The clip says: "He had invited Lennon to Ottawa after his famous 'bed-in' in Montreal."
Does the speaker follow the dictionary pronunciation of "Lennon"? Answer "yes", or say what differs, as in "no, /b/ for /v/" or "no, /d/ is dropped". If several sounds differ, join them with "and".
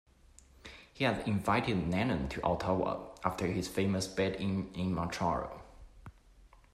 no, /n/ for /l/